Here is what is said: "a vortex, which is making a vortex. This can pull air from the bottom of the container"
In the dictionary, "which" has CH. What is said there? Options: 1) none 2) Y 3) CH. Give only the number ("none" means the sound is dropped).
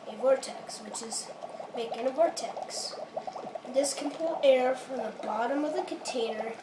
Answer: 3